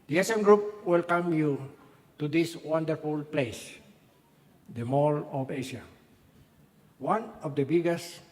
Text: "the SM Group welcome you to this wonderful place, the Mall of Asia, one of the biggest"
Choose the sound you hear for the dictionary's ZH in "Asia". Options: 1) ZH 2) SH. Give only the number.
2